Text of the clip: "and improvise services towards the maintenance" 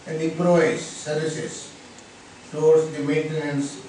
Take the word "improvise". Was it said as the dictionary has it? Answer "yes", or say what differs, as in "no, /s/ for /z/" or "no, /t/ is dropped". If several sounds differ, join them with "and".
no, /m/ is dropped and /v/ is dropped